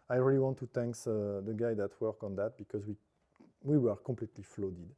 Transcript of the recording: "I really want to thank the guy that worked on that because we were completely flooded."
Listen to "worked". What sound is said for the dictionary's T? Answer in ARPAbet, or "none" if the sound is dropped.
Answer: none